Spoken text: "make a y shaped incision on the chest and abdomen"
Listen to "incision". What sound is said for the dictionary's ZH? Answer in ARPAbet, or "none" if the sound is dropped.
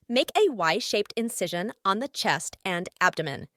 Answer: ZH